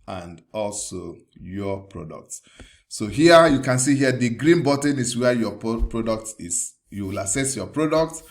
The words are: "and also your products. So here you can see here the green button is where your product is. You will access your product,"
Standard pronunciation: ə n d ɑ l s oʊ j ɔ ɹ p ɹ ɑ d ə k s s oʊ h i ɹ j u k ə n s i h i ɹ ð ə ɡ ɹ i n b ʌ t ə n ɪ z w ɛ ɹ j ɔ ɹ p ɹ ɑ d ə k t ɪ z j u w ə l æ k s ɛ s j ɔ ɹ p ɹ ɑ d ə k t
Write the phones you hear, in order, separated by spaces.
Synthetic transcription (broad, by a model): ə n d ɑ l s oʊ j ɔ p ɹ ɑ d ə k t s oʊ h i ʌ j u k ə n s i h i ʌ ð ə ɡ ɹ i n b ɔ t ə n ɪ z w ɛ j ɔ p ɹ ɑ d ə k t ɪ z j u w ə l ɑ s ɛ s j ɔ p ɹ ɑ d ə k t